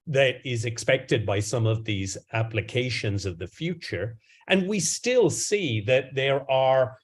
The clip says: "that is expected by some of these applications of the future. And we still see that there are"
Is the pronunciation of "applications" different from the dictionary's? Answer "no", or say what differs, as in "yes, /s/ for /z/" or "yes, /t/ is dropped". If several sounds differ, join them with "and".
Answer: no